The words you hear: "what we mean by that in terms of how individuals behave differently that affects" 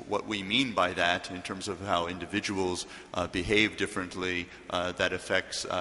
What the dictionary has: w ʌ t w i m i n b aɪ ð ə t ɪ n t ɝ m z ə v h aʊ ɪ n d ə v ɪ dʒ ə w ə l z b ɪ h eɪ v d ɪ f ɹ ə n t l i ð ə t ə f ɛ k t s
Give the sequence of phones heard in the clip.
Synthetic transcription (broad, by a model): w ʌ t w i m i n b aɪ ð ə t ɪ n t ɝ m z ə v h aʊ ɪ n d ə v ɪ dʒ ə w l z b ɪ h eɪ v d ɪ f ɹ ə n t l i ð ə t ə f ɛ k t s